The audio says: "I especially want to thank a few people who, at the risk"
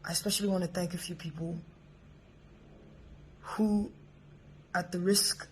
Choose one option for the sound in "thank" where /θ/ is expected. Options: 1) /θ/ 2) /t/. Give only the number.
1